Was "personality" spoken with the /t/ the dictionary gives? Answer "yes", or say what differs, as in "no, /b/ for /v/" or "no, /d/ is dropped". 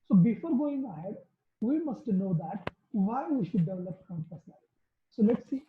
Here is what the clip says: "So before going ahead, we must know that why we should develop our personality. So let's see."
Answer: no, /s/ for /t/